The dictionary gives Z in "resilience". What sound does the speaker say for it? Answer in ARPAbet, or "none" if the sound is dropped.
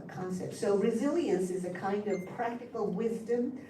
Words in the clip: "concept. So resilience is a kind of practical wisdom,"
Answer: Z